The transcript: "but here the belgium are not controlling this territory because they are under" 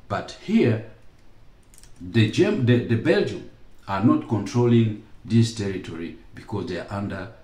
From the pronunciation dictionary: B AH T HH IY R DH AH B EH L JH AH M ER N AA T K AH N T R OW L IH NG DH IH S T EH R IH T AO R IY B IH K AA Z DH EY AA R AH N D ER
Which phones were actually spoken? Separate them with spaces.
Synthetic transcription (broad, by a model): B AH T HH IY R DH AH B EH L JH AH M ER N AA T K AH N T R OW L IH NG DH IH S T EH R IH T AO R IY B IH K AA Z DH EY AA R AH N D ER